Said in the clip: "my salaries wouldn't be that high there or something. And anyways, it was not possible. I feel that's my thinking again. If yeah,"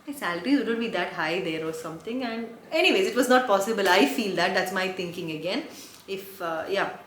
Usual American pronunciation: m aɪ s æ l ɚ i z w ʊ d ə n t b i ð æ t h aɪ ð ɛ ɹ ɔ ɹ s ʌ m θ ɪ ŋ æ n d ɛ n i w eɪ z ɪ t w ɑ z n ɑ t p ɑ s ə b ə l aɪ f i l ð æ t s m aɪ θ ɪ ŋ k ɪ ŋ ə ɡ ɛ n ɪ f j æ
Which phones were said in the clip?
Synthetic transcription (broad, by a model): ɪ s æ l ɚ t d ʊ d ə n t b i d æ t h aɪ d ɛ ɹ ɔ ɹ s ʌ m t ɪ ŋ æ n d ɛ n i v eɪ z ɪ t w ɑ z n ɑ t p ɑ s ə b ə l aɪ f i l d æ t s m aɪ t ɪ ŋ k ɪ ŋ ə ɡ ɛ n ɪ f j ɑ